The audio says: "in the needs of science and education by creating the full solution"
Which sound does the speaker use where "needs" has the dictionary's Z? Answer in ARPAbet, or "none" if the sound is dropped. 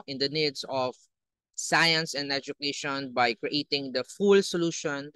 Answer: S